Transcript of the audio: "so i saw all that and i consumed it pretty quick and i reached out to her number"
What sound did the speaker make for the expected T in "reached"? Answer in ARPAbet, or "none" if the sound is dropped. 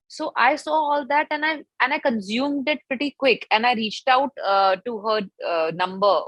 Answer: T